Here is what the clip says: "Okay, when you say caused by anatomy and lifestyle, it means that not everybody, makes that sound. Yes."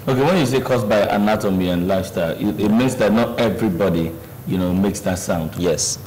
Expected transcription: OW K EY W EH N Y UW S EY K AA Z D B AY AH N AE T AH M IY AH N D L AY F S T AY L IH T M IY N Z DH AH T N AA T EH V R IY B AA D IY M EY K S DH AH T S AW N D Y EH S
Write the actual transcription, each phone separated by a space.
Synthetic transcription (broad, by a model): OW K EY W EH N Y UW S EY K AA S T B AY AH N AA T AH M IY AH N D L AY S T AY IH T M IY N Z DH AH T N AA T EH V R IY B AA D IY M EY K S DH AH T S AW N D Y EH S